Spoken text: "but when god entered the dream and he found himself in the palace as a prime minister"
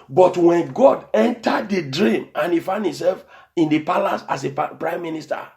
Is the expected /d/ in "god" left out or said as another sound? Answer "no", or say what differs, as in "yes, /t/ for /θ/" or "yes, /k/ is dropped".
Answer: no